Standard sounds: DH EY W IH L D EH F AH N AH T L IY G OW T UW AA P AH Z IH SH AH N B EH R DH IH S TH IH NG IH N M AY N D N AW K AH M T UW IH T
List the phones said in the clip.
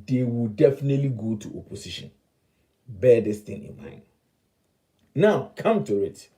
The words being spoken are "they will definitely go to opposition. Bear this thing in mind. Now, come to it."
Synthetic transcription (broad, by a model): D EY W IH L D EH F AH N AH T L IY G OW T UW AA P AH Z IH SH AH N B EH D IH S T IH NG IH N M AY N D N AW K AH M T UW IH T